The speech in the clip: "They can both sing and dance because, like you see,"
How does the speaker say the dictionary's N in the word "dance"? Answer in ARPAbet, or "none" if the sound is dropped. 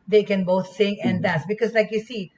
none